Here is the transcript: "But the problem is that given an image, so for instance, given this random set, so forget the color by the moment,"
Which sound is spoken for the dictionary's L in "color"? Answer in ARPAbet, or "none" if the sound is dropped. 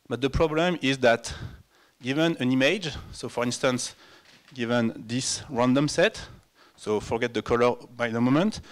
L